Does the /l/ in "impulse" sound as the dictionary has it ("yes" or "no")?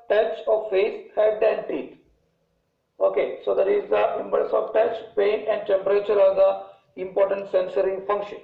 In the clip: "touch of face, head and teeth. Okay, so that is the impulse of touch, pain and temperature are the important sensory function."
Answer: no